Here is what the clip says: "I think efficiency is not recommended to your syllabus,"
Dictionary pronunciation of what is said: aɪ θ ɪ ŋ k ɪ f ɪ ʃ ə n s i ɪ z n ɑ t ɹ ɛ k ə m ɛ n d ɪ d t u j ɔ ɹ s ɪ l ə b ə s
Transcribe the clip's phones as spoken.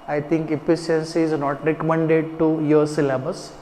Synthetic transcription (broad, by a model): aɪ t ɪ ŋ k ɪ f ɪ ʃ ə n s i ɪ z n ɑ t ɹ ɛ k ə m ɛ n d ɪ d t u j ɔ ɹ s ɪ l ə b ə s